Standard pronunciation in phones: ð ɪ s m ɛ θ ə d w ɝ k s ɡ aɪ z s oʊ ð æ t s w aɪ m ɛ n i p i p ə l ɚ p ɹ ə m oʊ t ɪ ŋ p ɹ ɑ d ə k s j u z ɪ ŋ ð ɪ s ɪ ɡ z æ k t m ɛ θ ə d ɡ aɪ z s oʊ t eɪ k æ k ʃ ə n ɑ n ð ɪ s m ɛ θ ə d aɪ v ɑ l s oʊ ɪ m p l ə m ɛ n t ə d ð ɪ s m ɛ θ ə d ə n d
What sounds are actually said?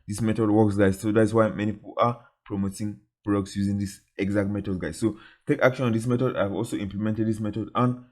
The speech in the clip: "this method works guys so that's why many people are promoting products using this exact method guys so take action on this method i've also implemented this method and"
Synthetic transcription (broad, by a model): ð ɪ s m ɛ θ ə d w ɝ k s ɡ aɪ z s oʊ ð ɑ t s w aɪ m ɛ n i p i p ə l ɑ p ɹ ə m oʊ t ɪ ŋ b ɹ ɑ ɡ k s j u z ɪ ŋ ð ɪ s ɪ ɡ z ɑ k t m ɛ t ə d ɡ aɪ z s oʊ t eɪ k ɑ k ʃ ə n ɑ n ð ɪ s m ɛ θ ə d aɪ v ɑ l s oʊ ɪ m p l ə m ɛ n t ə d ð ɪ s m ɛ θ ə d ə n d